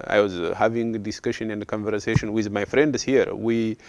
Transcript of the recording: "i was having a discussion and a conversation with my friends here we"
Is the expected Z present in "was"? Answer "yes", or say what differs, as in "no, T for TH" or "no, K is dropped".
yes